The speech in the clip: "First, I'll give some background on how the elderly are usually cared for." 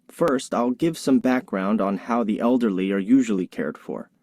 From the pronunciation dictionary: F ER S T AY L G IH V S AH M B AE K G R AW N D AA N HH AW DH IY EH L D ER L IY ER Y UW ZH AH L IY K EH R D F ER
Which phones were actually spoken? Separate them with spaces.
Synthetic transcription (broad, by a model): F ER S T AY L G IH V S AH M B AE K G R AW N D N HH AW DH IY EH L D ER L IY ER Y UW ZH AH L IY K EH R D F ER